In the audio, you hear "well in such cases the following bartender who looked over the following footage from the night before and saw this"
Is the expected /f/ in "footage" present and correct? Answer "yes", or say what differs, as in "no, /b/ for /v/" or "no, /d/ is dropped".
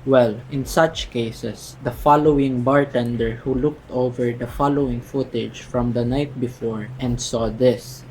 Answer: yes